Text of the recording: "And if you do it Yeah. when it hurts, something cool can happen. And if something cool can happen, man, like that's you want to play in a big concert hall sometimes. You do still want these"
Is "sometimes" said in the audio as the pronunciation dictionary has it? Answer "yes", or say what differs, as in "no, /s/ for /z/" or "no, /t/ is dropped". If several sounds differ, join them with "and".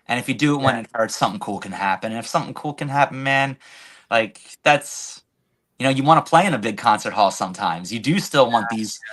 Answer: yes